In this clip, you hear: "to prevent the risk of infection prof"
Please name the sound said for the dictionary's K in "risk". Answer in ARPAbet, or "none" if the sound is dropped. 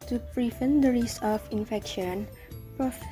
none